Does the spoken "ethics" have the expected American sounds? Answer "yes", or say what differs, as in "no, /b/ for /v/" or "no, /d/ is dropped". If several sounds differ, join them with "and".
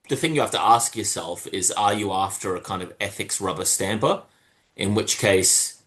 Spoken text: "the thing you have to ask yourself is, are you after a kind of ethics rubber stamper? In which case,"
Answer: yes